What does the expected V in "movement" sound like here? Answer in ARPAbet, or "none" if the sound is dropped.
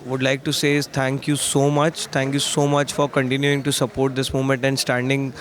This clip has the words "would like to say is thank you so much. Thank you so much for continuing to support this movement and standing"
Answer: none